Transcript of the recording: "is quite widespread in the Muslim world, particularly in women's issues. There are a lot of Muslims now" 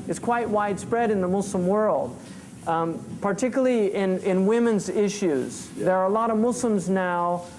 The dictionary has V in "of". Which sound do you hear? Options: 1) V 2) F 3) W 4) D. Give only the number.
1